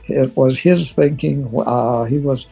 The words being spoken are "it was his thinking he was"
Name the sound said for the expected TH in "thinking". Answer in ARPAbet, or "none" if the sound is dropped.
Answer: TH